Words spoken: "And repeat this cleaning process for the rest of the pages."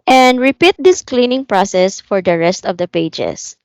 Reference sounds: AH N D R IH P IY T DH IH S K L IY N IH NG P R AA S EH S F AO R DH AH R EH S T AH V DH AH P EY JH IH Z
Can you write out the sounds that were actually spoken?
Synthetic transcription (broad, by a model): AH N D R IH P IY T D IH S K L IY N IH NG P R AA S EH S F AO R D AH R EH S T AH V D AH P EY JH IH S